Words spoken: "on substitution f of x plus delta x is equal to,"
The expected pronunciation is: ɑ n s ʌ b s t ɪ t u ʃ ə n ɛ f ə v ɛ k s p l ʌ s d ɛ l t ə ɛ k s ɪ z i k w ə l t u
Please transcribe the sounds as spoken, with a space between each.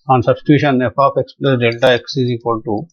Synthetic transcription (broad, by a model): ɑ n s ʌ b s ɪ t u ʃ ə n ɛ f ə p ɛ k s p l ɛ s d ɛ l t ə ɛ k s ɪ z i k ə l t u